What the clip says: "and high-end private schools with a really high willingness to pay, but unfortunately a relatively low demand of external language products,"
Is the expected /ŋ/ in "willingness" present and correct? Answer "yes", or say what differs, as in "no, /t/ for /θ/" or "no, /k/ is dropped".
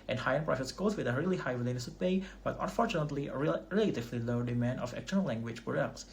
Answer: no, /ŋ/ is dropped